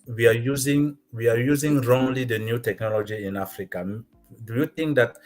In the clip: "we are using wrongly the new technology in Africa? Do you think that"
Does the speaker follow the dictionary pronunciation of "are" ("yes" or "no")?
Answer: no